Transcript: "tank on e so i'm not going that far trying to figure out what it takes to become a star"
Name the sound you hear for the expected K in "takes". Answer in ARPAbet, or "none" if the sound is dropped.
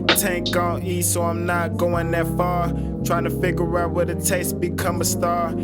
none